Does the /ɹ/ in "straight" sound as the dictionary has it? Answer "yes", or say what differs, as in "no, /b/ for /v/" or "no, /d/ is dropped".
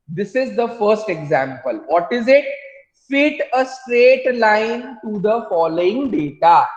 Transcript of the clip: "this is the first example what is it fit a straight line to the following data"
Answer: yes